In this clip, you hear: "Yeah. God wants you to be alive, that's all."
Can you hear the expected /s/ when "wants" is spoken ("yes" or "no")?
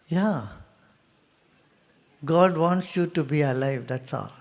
yes